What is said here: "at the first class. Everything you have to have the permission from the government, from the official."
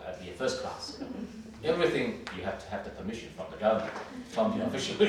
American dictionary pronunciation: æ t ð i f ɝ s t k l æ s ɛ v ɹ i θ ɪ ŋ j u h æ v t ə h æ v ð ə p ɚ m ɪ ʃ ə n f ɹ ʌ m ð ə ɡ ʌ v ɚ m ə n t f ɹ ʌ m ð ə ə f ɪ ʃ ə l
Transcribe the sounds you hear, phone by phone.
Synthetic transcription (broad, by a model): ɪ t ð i f ɝ s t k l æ s ɛ v ɹ i θ ɪ ŋ j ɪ h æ f t ə h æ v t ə p ɚ m ɪ ʃ ə n f ɹ ʌ m ð ə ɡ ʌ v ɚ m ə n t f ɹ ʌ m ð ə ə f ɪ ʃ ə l